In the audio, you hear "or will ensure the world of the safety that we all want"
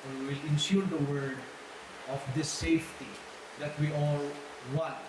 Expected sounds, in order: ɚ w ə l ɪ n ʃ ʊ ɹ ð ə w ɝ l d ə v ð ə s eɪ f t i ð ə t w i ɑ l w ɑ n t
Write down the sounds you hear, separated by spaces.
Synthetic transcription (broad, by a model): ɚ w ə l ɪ n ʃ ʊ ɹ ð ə w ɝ d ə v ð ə s eɪ f t i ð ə t w i ɑ l w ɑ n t